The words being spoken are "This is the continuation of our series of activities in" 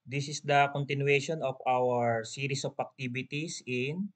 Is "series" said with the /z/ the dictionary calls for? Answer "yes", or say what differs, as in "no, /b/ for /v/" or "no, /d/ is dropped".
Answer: no, /s/ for /z/